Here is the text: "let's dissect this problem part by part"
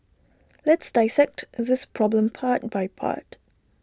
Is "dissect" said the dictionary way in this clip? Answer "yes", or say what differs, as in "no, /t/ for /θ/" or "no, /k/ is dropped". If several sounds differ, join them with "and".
yes